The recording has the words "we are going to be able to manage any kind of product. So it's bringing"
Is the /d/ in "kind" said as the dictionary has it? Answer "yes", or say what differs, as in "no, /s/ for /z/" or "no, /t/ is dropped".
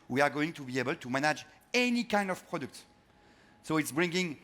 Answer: yes